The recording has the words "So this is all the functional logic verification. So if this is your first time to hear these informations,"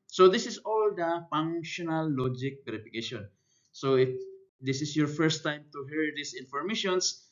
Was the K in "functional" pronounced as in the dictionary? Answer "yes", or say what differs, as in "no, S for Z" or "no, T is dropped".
no, K is dropped